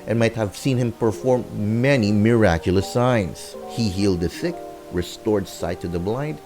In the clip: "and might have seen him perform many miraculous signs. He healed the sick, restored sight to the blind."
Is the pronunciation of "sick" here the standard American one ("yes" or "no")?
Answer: no